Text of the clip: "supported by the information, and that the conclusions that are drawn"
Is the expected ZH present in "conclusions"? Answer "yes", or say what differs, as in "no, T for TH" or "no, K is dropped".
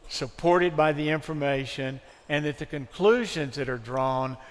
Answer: yes